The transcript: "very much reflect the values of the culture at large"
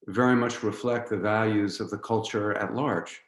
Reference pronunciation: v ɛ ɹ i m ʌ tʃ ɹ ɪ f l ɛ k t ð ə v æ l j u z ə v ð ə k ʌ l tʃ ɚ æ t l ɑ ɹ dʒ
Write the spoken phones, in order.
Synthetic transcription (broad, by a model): v ɛ ɹ i m ʌ tʃ ɹ ɪ f l ɛ k t ð ə v æ l j u z ə v ð ə k ʌ l tʃ ɚ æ t l ɑ ɹ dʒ